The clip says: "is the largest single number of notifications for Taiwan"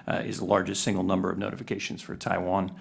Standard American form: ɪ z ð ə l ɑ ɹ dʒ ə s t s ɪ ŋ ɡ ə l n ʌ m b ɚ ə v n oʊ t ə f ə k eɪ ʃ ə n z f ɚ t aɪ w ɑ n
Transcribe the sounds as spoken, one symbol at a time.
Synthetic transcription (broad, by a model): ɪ z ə l ɑ ɹ dʒ ə s t s ɪ ŋ ɡ l n ʌ m b ɚ ə v n oʊ t ə f ə k eɪ ʃ ə n z f ɚ t aɪ w ɑ n